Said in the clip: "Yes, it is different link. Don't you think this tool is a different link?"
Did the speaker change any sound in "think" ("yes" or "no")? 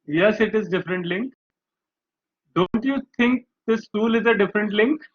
yes